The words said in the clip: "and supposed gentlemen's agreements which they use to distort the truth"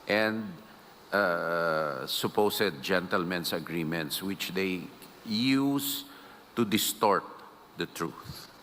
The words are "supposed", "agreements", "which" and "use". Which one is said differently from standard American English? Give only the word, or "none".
supposed